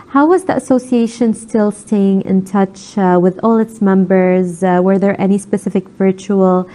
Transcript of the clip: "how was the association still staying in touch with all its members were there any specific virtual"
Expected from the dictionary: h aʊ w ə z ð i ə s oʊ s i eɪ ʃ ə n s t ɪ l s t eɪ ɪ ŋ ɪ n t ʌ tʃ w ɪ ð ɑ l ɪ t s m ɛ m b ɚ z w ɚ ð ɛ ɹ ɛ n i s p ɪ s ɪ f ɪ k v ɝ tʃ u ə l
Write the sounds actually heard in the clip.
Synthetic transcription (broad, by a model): h aʊ w ə z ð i ə s oʊ s i eɪ ʃ ə n s t ɪ l s t eɪ ɪ ŋ ɪ n t ʌ tʃ w ɪ ð ɑ l ɪ t s m ɛ m b ɚ z w ɚ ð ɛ ɹ ɛ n i s p ɪ s ɪ f ɪ k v ɝ tʃ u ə l